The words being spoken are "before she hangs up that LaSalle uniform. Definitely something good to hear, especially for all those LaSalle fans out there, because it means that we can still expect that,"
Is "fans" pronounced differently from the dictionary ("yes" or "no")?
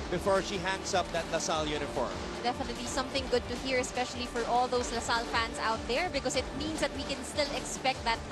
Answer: yes